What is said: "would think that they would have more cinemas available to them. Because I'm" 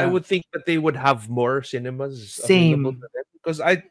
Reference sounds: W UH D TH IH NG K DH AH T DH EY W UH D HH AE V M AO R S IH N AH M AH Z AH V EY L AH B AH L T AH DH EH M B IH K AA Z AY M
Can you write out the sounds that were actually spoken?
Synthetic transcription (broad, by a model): W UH D TH IH NG K DH AH T DH EY W UH D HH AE V M AO R S IH N AH M AH Z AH EY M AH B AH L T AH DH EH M B IH K AA Z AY